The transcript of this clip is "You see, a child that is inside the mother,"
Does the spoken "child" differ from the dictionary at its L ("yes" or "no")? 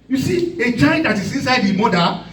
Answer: yes